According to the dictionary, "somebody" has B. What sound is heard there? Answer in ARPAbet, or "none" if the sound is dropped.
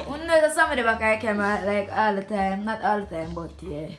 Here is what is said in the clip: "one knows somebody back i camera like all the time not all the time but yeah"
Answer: none